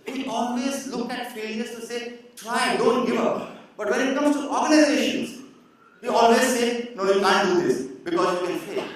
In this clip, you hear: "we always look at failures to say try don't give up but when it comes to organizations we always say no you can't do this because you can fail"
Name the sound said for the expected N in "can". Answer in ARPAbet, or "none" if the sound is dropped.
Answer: L